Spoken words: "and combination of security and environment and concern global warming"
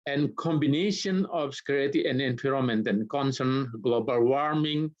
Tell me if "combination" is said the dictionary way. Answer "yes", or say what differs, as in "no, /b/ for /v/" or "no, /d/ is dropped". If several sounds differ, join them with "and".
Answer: yes